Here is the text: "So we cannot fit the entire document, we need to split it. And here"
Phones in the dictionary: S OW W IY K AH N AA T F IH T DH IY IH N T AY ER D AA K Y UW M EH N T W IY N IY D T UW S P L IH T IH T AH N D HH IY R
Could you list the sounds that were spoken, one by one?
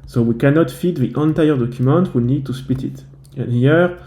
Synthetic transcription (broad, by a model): S OW W IY K AH N AA T F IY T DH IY IH N T AY ER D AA K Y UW M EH N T W IY N IY D T UW S P IH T IH T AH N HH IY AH